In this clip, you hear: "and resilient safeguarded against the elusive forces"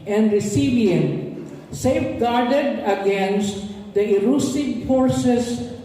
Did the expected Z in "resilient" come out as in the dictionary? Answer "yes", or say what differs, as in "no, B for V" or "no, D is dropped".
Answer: no, S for Z